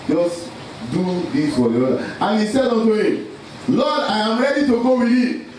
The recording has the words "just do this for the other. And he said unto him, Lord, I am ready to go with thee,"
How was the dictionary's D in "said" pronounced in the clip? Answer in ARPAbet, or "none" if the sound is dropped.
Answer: D